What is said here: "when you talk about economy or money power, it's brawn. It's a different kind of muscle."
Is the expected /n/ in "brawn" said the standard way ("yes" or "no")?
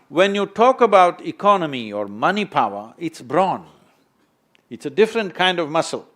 yes